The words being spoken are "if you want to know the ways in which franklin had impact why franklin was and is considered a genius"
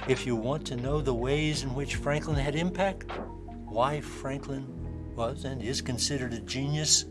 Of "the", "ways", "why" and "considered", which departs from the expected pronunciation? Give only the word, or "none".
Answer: none